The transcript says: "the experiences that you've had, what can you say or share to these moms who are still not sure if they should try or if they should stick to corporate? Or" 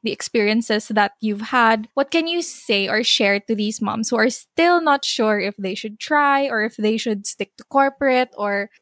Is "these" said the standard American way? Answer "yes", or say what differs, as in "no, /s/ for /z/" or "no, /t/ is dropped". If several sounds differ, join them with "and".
no, /s/ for /z/